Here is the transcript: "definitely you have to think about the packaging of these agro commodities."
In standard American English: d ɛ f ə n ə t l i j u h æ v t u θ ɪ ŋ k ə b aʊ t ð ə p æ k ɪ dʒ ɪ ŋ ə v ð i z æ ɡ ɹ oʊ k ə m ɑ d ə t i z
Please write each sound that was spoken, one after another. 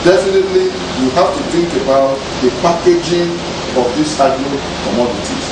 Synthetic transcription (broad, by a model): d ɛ f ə n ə t l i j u h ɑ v t u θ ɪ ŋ k ə b aʊ t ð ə p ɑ k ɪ dʒ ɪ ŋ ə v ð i s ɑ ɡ oʊ k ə m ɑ d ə t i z